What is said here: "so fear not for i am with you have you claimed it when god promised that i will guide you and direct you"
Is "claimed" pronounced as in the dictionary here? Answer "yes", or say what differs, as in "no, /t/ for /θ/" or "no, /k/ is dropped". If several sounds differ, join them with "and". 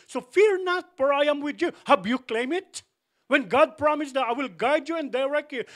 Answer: no, /d/ is dropped